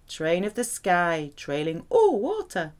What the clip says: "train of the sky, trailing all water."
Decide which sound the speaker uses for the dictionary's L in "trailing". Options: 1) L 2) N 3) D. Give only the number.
1